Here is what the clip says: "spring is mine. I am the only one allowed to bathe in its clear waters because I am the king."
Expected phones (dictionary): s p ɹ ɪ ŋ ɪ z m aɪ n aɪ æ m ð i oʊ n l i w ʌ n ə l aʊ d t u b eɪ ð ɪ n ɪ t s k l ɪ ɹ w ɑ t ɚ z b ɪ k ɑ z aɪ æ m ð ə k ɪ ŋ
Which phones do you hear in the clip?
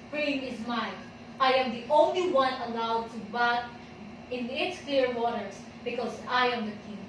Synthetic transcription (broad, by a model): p ɹ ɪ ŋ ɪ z m aɪ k aɪ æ m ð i oʊ n l i w ʌ n ə l aʊ d t u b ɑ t ɪ n ɪ t s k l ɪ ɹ w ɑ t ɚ s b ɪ k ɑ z aɪ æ m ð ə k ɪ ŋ